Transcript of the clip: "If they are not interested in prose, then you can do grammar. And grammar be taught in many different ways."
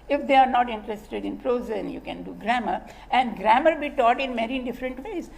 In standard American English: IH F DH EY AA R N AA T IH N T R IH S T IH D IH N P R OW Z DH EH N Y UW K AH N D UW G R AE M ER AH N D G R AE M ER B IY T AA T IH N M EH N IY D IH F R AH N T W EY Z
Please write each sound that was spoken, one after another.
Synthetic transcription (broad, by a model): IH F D EY AA R N AA T IH N T R IH S T IH D IH N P R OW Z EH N Y UW K AH N D UW G R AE M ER AH N D G R AE M ER B IY T AA T IH N M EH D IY D IH F R AH N T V EY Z